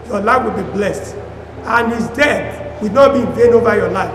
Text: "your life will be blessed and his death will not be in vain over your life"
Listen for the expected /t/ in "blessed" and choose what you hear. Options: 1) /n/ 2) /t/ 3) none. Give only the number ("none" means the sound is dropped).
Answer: 2